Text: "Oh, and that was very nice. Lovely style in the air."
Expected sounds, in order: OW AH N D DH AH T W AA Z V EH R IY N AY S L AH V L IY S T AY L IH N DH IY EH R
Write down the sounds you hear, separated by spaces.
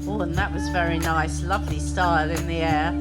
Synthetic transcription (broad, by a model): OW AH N DH AH T W AA Z V EH R IY N AY S L AH V L IY S T AY L IH N DH IY EH